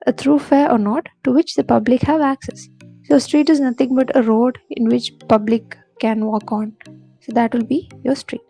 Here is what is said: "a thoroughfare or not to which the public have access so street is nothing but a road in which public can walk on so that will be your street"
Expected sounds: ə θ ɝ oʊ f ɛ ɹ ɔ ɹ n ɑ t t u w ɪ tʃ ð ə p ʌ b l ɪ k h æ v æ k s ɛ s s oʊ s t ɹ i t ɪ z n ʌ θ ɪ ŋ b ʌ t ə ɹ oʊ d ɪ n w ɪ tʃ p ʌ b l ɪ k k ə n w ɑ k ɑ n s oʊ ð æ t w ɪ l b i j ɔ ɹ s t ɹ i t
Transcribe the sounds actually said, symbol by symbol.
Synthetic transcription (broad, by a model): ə t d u f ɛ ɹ ɔ ɹ n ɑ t t u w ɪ tʃ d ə p ʌ b l ɪ k h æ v æ k s ɛ s s oʊ s t ɹ i t ɪ z n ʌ t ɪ ŋ b ʌ t ə ɹ oʊ d ɪ n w ɪ tʃ p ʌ b l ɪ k k ə n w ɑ k ɑ n s oʊ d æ t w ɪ l b i j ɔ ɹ s t ɹ i t